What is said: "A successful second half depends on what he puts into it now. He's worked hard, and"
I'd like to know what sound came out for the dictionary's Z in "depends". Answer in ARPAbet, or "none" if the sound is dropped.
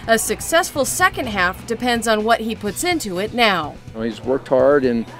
Z